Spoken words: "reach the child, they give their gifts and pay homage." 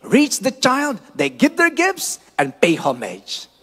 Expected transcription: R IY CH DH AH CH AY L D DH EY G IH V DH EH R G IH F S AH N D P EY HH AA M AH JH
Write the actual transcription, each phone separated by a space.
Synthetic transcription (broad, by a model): R IY CH DH AH CH AY L D DH EY G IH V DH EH R G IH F S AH N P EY HH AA M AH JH